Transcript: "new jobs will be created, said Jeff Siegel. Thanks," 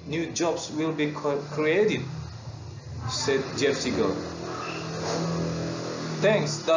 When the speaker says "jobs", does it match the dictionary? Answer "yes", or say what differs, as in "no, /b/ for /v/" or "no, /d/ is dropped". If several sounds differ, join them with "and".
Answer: no, /s/ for /z/